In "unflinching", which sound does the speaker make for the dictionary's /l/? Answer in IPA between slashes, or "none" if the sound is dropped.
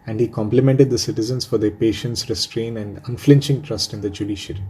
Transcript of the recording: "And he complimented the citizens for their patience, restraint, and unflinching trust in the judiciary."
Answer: /l/